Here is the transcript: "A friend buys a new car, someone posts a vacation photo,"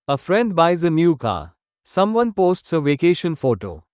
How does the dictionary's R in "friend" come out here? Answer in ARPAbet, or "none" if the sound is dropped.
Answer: R